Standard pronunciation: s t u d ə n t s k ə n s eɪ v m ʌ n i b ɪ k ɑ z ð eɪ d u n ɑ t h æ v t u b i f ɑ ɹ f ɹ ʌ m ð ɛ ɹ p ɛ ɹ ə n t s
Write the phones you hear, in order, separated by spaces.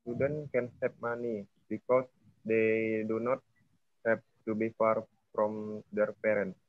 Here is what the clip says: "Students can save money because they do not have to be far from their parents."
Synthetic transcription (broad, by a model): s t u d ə n k ə n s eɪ p m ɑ n i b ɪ k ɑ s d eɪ d u n ɑ t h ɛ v t u b i f ɑ ɹ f ɹ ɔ m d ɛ ɹ p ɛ ɹ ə n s